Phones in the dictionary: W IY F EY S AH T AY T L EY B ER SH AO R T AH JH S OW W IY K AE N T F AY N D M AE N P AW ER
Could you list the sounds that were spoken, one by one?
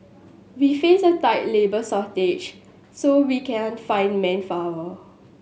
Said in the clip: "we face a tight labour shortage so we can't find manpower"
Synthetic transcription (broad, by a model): W IY F EY S AH T AY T L EY B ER S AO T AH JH S OW W IY K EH N F AY N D M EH N F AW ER